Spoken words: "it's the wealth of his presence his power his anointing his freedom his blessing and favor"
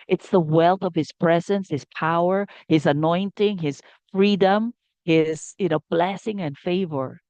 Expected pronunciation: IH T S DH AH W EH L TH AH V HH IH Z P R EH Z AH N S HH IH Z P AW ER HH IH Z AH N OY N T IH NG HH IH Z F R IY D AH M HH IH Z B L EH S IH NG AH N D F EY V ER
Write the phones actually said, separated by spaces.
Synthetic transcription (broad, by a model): IH T S DH AH W EH L TH AH V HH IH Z P R EH Z AH N S HH IH Z P AW ER HH IH Z AH N OY N T IH NG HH IH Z F R IY D AH M HH IH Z B L EH S IH NG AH N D F EY V ER